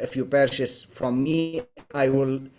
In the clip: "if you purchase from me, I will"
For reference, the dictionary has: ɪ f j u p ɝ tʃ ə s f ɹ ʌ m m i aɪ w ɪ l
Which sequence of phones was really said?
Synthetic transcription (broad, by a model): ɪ f j u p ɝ ʃ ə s f ɹ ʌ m m i aɪ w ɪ l